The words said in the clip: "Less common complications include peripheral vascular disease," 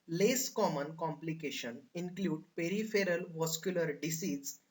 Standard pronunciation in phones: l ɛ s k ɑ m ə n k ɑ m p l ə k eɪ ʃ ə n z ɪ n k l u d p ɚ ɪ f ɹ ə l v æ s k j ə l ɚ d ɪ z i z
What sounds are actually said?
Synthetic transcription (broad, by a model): l ɛ s k ɑ m ə n k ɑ m p l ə k eɪ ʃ ə n ɪ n k l u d p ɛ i f ɹ ə l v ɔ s k j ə l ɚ d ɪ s i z